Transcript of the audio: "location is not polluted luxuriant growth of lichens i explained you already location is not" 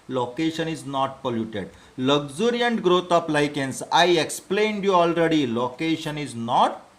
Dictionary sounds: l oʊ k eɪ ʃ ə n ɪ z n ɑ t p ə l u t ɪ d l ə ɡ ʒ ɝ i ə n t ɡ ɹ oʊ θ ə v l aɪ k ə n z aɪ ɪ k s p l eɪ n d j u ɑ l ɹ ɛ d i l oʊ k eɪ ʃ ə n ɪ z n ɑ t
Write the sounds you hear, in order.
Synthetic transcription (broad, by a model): l oʊ k eɪ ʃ ə n ɪ z n ɑ t p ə l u t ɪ d l ə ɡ z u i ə n t ɡ ɹ oʊ t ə p l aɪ k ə n s aɪ ɪ k s p l eɪ n d j u ɑ l ɹ ɛ d i l oʊ k eɪ ʃ ə n ɪ z n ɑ t